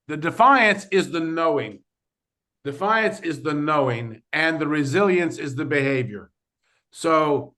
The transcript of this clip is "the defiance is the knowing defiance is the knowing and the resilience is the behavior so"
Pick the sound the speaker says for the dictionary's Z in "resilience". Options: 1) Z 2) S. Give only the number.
1